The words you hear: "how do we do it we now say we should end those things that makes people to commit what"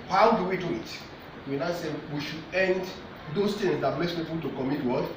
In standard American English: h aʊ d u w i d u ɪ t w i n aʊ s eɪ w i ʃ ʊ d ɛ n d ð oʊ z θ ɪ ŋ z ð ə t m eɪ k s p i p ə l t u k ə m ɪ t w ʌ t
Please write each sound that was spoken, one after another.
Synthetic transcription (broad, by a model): h aʊ d u w i d u ɪ t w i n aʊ s eɪ w i ʃ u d ɛ n d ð oʊ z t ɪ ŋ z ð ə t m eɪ s p i p ə l t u k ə m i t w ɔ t